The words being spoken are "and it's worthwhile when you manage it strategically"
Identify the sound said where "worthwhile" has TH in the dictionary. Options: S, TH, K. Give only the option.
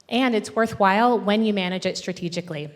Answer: TH